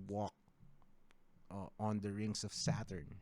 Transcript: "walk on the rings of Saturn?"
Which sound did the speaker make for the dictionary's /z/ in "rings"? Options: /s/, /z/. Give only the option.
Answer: /s/